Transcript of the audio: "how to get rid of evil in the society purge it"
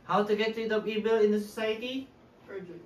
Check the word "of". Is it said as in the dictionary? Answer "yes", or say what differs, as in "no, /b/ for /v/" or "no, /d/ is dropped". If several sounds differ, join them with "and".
no, /p/ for /v/